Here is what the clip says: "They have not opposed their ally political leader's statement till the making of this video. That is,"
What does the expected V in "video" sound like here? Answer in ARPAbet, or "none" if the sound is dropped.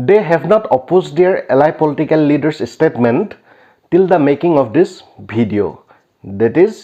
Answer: B